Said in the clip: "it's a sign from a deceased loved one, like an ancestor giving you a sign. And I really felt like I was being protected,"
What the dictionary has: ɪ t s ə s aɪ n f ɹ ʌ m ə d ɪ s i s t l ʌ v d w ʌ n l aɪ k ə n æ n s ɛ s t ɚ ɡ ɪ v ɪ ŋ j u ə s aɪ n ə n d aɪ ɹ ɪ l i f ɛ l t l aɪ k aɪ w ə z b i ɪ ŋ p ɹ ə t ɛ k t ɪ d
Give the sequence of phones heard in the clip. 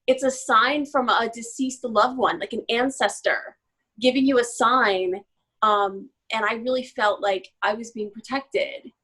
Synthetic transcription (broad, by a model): ɪ t s ə s aɪ n f ɹ ʌ m ə d ɪ s i s t l ʌ v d w ʌ n l aɪ k ə n æ n s ɛ s t ɚ ɡ ɪ v ɪ ŋ j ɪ ə s aɪ n ə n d aɪ ɹ ɪ l i f ɛ l t l aɪ k aɪ w ə z b i ɪ ŋ p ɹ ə t ɛ k t ɪ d